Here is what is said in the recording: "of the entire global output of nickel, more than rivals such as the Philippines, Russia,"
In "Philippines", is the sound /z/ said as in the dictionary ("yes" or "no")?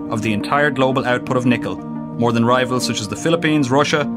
yes